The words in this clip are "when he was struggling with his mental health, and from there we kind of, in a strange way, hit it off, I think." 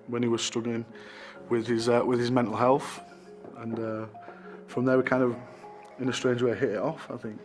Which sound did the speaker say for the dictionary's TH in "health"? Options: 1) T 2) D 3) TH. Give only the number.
3